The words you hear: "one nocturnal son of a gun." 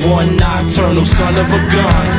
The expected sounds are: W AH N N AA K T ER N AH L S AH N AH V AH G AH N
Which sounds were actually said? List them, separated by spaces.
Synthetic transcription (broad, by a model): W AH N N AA T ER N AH S AH N AH V AH G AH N